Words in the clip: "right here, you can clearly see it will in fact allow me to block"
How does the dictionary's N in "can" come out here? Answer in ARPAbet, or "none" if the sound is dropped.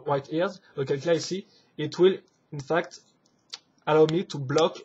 L